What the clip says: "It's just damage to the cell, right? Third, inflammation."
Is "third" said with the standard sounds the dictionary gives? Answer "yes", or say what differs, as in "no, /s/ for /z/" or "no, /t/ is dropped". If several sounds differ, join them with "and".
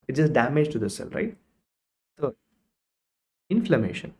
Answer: no, /s/ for /θ/ and /d/ is dropped